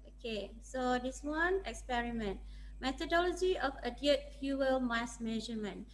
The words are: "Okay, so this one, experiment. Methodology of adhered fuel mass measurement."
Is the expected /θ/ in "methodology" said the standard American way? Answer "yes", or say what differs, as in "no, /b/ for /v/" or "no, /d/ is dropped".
no, /t/ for /θ/